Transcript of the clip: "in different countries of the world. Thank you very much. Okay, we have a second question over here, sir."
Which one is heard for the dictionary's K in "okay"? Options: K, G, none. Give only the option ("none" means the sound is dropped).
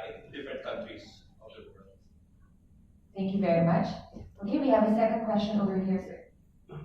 none